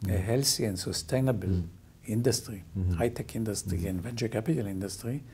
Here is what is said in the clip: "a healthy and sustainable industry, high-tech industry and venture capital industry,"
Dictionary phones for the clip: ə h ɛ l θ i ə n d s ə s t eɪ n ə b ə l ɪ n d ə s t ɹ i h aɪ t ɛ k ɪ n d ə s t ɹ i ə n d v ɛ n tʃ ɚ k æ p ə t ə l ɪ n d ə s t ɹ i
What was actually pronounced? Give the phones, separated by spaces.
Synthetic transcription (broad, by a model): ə h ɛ l s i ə n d s ə s t eɪ n ə b ə l ɪ n d ə s t ɹ i h aɪ t ɛ k ɪ n d ə s t ɹ i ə n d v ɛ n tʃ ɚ k æ p ə t ə l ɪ n d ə s t ɹ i